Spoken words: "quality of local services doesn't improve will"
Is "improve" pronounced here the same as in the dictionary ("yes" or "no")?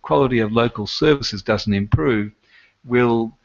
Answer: yes